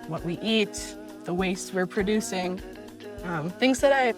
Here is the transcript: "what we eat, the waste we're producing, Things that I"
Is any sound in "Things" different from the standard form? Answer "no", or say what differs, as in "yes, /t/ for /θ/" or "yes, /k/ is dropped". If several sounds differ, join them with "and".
no